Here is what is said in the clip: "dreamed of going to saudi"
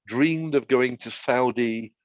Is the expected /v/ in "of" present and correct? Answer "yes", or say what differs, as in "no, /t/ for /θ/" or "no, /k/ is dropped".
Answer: yes